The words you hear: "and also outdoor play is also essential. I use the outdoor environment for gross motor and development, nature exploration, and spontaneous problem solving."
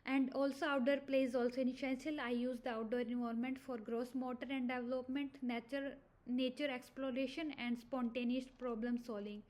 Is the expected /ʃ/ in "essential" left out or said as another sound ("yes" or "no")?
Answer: yes